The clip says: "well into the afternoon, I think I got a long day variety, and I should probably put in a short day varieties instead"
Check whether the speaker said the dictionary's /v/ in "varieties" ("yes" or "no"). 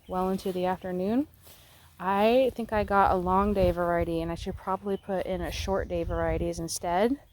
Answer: yes